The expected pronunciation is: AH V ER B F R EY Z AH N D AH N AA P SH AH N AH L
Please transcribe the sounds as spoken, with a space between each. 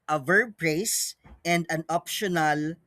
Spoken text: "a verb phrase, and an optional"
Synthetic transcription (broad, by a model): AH V ER B P R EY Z AH N D AH N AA P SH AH N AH L